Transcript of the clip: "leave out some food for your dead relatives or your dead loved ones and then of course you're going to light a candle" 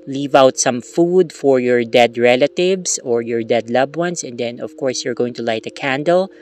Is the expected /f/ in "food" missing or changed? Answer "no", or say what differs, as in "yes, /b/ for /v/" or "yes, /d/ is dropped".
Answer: no